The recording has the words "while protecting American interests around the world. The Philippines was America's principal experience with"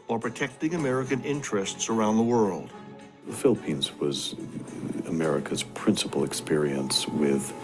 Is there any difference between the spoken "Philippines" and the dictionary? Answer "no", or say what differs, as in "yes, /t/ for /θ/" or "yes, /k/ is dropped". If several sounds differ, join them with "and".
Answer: no